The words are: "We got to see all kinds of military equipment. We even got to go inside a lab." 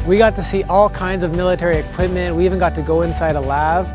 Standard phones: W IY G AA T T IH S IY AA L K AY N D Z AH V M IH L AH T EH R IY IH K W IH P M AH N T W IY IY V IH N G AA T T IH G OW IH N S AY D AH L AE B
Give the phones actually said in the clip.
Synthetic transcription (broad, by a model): W IY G AA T T IH S IY AA L K AY N D Z AH V M IH L AH T EH R IY IH K W IH P M AH N T W IY IY V IH N G AA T T IH G OW IH N S AY D AH L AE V